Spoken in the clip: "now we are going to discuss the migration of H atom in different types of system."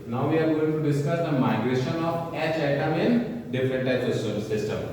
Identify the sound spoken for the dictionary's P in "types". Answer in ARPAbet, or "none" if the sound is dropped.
none